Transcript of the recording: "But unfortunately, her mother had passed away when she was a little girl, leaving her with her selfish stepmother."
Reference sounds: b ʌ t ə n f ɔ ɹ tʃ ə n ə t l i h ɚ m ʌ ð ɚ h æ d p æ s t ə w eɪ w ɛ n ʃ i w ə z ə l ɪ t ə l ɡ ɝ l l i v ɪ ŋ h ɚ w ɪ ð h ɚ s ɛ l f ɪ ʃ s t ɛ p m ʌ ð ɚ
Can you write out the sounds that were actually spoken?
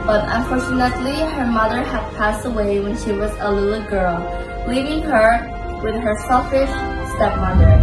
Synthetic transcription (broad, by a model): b ʌ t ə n f ɔ ɹ tʃ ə n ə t l i h ɚ m ʌ ð ɚ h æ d p æ s t ə w eɪ w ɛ n ʃ i w ə z ə l ɪ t l ɡ ɝ l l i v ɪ ŋ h ɚ w ɪ ð h ɚ s ɛ l f ɪ ʃ s t ɛ p m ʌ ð ɚ